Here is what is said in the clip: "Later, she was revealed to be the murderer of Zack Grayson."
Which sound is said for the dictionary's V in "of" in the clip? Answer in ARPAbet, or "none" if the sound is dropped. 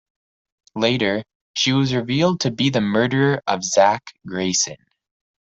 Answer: V